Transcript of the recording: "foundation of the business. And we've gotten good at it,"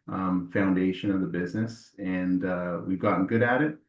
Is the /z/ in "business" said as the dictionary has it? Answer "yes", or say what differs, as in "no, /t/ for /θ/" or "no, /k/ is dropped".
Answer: yes